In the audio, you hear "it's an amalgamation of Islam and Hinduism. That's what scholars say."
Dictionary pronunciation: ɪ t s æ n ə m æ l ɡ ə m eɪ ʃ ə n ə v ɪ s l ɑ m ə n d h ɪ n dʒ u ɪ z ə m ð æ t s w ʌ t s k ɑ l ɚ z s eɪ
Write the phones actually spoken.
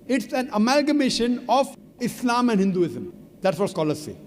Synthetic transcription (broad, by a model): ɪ t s æ n ə m æ l ɡ ə m eɪ ʃ ə n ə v ɪ s l ɑ m ə n d h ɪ n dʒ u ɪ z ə m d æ t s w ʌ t s k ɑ l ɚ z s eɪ